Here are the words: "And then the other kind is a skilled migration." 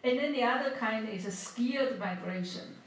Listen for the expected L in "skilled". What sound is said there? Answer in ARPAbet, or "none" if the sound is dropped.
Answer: none